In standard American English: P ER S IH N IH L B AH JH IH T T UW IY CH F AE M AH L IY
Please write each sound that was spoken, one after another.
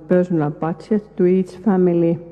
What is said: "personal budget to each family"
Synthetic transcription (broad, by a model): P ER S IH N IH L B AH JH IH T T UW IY S F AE M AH L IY